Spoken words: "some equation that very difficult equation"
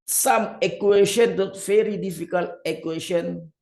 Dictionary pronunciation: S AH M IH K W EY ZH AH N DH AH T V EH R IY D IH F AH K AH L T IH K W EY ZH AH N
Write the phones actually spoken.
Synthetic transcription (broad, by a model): S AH M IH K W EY SH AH N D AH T F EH R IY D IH F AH K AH L IH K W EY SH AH N